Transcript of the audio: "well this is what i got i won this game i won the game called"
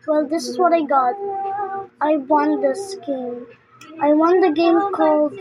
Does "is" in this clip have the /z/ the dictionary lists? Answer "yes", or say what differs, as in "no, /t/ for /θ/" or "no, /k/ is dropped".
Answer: yes